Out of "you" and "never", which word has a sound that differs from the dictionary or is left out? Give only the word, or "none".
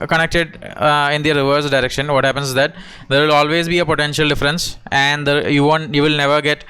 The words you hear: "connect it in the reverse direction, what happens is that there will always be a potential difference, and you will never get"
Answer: none